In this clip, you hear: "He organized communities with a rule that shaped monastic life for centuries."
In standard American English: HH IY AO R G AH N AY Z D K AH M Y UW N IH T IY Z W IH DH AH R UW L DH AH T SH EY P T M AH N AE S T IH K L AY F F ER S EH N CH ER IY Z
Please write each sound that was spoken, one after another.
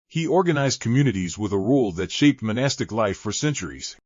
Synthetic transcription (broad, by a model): HH IY AO R G AH N AY Z D K AH M Y UW N IH T IY Z W IH DH AH R UW L DH AH T SH EY P T M AH N AE S T IH K L AY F F ER S EH N CH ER IY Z